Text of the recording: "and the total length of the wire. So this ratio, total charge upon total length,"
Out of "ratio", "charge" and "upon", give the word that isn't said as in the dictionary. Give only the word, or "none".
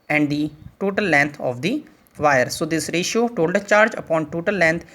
none